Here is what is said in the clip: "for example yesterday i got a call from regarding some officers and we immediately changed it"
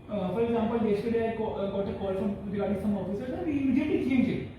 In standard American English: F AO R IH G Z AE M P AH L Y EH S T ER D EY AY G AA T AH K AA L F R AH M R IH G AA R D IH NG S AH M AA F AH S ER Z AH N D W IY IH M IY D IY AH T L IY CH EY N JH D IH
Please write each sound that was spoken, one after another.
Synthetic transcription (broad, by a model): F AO R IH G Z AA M P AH L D EH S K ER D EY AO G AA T AH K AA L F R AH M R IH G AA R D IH S AH M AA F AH S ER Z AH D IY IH M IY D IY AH T L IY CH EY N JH IH